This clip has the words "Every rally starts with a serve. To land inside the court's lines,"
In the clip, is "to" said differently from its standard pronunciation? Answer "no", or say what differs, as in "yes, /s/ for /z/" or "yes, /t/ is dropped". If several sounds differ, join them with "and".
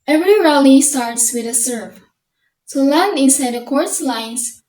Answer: yes, /s/ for /t/